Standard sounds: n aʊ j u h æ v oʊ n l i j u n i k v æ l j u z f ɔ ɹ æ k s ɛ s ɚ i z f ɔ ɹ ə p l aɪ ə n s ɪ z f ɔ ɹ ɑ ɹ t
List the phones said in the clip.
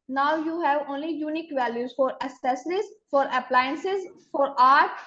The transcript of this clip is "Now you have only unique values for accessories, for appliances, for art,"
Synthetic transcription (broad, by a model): n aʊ j u h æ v oʊ n l i j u n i k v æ l j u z f ɔ ɹ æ s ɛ s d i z f ɔ ɹ ə p l aɪ ə n s ɪ z f ɔ ɹ ɑ ɹ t